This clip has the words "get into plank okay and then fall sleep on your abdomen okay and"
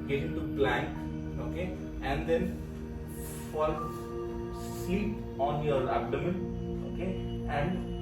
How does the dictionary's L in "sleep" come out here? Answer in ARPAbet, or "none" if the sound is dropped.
none